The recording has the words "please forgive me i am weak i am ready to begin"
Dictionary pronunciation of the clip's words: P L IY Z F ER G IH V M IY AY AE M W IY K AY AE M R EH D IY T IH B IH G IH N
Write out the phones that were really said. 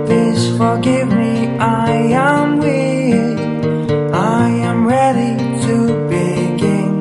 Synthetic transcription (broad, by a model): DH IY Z F ER G IH V M IY AY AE M W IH AY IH M R EH D IY T IH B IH G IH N